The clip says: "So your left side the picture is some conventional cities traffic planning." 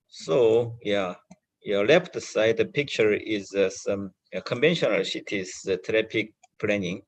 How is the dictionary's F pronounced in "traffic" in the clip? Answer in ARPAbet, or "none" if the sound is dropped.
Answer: P